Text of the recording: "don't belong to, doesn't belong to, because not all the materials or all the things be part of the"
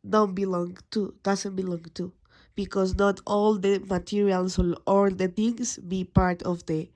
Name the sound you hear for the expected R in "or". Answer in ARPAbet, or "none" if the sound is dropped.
L